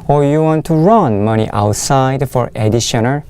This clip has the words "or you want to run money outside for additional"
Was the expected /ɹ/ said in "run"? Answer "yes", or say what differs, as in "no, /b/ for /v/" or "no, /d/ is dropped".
yes